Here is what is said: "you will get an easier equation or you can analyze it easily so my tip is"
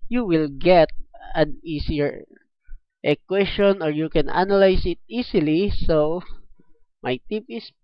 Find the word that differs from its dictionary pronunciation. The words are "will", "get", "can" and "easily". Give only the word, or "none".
easily